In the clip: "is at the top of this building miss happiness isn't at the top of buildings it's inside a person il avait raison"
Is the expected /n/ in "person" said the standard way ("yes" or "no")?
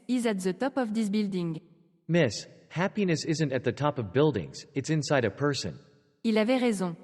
yes